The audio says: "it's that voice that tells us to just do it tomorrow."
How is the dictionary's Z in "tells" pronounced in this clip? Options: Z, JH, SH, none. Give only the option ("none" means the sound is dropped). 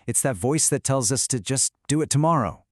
Z